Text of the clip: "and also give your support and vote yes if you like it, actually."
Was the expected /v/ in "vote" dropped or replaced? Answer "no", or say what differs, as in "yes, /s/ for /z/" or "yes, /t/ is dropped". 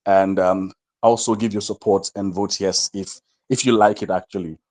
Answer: no